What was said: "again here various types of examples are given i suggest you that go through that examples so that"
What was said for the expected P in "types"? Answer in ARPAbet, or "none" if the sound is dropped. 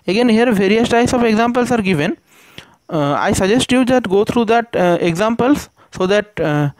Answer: none